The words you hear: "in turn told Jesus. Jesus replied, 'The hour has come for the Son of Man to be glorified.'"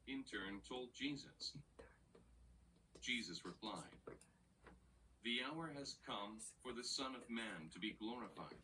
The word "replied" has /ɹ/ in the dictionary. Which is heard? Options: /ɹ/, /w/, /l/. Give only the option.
/ɹ/